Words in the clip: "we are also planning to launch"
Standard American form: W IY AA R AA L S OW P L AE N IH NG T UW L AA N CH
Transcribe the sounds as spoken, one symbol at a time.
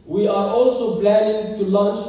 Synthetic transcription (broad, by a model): W IY AA R AA L S OW B L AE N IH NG T UW L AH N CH